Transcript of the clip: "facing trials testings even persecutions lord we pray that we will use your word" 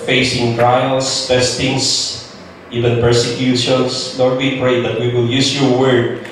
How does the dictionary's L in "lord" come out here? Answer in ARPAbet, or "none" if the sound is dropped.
N